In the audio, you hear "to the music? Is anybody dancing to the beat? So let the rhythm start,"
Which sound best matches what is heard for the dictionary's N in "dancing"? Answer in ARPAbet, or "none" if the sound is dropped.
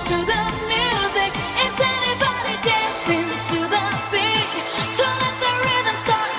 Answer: none